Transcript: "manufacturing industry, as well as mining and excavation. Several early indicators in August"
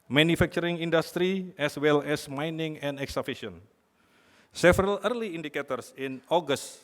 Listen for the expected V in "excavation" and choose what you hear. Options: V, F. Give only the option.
F